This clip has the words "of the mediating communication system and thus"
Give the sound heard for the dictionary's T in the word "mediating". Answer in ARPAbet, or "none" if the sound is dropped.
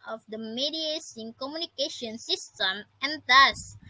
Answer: S